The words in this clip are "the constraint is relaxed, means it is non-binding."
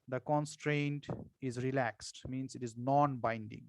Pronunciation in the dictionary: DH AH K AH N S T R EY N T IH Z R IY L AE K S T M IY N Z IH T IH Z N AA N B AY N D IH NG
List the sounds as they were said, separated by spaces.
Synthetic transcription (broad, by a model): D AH K AH N S T R EY N T IH Z R IY L AE K S T M IY N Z IH T IH Z N AA N B AY N D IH NG